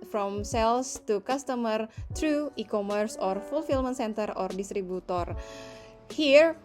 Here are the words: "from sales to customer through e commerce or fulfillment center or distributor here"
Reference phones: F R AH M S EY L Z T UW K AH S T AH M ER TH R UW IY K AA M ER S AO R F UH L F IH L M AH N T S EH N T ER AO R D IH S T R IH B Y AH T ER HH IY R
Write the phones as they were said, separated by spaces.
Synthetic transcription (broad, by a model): F R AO M S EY L S T UW K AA S T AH M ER T R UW IY K AA M ER S AO R F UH L F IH L M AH N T S EH N T ER AO R D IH S T R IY B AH T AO HH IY R